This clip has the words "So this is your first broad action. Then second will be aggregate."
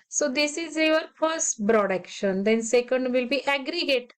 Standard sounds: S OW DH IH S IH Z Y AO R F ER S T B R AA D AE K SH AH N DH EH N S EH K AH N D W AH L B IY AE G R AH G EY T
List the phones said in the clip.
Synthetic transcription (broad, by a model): S OW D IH S IH Z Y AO R F ER S T B R AA D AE K SH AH N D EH N S EH K AH N D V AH L B IY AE G R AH G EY T